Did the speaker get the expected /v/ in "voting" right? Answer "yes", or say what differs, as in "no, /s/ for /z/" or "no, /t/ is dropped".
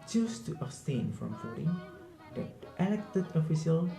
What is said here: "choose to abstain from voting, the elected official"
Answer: no, /f/ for /v/